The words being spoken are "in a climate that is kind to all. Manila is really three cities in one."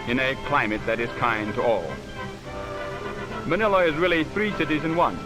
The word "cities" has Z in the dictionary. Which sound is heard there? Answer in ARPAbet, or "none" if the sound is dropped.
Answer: Z